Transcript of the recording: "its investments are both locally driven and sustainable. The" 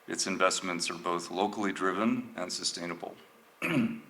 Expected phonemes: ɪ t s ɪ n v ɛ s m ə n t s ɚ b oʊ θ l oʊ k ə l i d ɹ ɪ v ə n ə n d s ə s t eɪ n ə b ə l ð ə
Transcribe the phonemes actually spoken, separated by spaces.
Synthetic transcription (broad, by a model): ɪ t s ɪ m v ɛ s m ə n t s ɚ b oʊ θ l oʊ k l i d ɹ ɪ v ə n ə n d s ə s t eɪ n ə b l